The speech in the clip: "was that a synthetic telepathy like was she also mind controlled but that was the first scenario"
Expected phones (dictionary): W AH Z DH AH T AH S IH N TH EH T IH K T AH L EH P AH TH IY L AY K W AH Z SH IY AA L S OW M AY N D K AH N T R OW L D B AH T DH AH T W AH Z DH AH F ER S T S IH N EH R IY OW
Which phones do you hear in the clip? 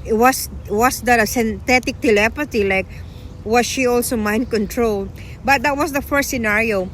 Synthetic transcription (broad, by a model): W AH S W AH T AH S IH N T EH T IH K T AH L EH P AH T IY L AY K W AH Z SH IY AA L S OW M AY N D K AH N T R OW L D B AH T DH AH T W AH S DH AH F ER S T S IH N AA R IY OW